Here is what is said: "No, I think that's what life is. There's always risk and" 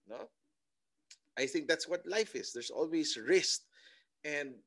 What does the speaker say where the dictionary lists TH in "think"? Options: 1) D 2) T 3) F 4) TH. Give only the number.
4